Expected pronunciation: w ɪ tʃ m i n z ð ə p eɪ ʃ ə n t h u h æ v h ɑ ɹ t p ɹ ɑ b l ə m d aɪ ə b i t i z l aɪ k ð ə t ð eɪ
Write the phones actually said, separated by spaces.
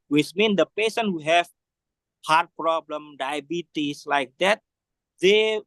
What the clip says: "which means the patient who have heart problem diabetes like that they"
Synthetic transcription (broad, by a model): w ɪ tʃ m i n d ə p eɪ s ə n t h u h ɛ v h ɑ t p ɹ ɑ b l ə m d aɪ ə b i t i s l aɪ k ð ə t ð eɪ